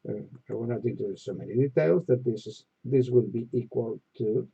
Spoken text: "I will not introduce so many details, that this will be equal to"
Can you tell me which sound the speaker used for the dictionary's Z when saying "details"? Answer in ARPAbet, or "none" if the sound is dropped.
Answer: Z